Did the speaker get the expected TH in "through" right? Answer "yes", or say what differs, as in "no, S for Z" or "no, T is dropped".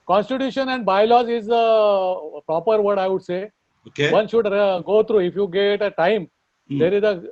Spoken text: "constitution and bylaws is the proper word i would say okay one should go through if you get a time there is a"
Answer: no, T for TH